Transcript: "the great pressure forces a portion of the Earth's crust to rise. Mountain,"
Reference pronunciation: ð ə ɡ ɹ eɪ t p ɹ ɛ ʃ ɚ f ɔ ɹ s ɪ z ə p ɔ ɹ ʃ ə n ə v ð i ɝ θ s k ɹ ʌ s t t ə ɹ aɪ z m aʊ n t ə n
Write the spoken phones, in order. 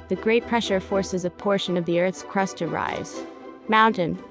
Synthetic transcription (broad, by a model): ð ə ɡ ɹ eɪ t p ɹ ɛ ʃ ɚ f ɔ ɹ s ɪ z ə p ɔ ɹ ʃ ə n ə v ð i ɝ θ s k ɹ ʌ s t t ə ɹ aɪ z m aʊ n t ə n